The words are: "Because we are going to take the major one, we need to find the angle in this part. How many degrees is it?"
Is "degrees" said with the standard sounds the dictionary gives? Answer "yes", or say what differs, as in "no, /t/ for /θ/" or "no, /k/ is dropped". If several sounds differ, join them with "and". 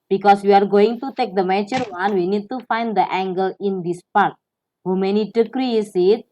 no, /s/ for /z/